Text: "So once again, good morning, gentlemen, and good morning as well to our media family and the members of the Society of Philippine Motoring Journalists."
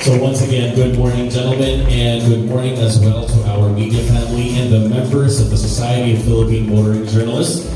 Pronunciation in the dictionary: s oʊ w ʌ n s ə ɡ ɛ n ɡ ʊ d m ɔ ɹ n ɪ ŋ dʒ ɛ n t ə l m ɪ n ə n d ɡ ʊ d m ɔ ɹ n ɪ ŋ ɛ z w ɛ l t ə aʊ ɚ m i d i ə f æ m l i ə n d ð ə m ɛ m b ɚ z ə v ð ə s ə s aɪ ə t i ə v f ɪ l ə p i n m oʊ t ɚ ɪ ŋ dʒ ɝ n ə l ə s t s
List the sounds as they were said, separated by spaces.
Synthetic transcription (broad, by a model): s oʊ w ʌ n s ə ɡ ɛ n ɡ ʊ d m ɔ ɹ n ɪ ŋ dʒ ɛ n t l m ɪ n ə n ɡ ʊ d m ɔ ɹ n ɪ ŋ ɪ z w ɛ l t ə aʊ ɚ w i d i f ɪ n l i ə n ð ə m ɛ m b ɚ z ə v ð ə s ə s aɪ ə t i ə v f ɪ l ə p i n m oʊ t ɚ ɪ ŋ dʒ ɝ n l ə s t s